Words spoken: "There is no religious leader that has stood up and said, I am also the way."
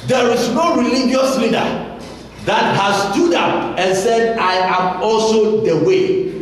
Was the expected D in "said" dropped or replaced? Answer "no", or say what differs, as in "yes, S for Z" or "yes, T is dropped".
no